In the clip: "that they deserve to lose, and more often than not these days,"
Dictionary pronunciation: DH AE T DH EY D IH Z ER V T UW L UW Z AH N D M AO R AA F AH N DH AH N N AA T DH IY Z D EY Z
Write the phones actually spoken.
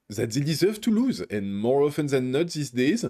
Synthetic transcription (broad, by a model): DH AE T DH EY D IH Z ER V T UW L UW Z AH N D M AO R AA F AH N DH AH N N AA T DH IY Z D EY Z